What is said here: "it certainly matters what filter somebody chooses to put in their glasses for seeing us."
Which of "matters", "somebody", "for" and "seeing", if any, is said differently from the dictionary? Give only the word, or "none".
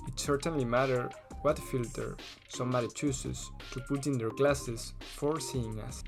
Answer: matters